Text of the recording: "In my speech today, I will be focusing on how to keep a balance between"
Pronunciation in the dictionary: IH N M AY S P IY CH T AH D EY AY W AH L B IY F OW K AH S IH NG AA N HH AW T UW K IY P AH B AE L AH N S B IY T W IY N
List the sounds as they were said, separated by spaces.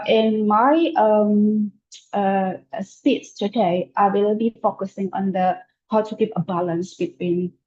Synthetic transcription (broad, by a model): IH N M AY S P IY S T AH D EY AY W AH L B IY F OW K AH S IH NG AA N HH AW T UW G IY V AH B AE L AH N S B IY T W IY N